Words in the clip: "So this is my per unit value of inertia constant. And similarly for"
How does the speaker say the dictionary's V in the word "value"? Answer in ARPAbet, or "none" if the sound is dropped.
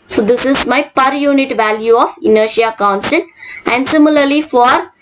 V